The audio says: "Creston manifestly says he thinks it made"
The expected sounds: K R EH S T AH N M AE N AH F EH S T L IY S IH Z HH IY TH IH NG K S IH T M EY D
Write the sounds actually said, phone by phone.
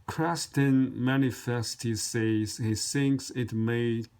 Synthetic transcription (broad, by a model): K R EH S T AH N M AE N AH F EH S T IY S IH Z HH IY TH IH NG K S IH T M EY